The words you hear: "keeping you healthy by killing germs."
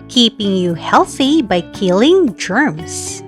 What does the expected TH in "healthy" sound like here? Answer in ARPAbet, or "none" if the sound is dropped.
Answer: TH